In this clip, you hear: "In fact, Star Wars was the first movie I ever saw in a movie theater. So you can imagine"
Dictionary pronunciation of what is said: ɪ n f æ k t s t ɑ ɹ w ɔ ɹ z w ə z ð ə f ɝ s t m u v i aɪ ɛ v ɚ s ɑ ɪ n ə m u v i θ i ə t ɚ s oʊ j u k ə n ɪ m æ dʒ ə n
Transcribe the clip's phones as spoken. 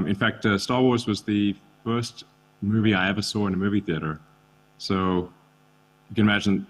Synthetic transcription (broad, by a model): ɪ n f æ k t s t ɑ ɹ w ɔ ɹ z w ə z ð ə f ɝ s t m u v i aɪ ɛ v ɚ s ɑ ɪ n ə m u v i θ i ə t ɚ s oʊ j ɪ k ə n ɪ m æ dʒ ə n